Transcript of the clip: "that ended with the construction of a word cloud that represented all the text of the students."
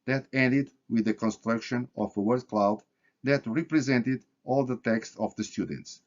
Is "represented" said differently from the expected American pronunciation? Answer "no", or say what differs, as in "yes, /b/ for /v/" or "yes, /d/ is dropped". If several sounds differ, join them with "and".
no